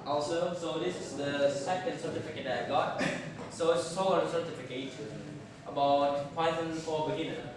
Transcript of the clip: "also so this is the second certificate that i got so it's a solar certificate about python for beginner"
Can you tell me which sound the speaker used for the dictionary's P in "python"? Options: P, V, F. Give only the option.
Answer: F